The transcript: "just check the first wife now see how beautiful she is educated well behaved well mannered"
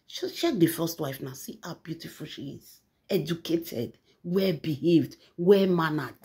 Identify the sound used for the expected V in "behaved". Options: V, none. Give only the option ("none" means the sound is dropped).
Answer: V